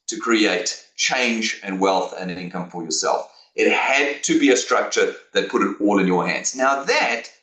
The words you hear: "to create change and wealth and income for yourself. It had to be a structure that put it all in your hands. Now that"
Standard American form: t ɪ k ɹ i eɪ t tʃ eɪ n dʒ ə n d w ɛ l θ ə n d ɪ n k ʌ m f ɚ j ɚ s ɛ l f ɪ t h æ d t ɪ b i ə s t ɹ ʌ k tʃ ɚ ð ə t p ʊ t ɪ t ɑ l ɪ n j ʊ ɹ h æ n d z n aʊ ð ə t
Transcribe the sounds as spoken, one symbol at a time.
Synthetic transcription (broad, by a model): t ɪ k ɹ i eɪ t tʃ eɪ n dʒ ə n w ɛ l θ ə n ɪ n k ʌ m f ɚ j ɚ s ɛ l f ɪ t h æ d t ɪ b i ə s t ɹ ʌ k tʃ ɚ ð ə t p ʊ t ɪ t ɑ l ɪ n j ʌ ɹ h æ n d z n aʊ ð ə t